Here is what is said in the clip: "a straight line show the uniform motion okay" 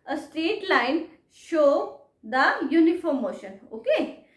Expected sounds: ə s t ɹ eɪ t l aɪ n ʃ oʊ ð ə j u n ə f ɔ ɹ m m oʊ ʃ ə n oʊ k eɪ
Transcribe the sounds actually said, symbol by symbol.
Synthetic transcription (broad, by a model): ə s t eɪ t l aɪ n ʃ oʊ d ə j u n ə f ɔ ɹ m m oʊ ʃ ə n oʊ k eɪ